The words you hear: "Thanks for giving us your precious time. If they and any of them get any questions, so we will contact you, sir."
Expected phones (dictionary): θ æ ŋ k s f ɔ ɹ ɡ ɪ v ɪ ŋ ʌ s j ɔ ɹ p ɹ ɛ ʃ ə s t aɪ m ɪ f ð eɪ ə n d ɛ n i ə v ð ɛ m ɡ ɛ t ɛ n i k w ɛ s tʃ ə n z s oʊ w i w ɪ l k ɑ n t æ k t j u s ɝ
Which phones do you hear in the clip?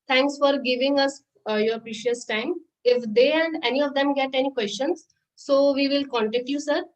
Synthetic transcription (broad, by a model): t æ ŋ k s f ɔ ɹ ɡ ɪ v ɪ ŋ ʌ s j ɔ ɹ p ɹ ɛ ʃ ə s t aɪ m ɪ f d eɪ ə n d ɛ n i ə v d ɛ m ɡ ɛ t ɛ n i k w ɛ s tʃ ə n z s oʊ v i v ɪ l k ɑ n t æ k t j u s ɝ